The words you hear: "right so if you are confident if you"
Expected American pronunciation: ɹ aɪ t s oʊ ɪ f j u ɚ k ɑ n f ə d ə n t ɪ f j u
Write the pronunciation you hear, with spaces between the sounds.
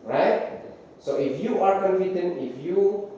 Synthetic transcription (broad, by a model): ɹ aɪ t s oʊ ɪ f j u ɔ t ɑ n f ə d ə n ɪ f j u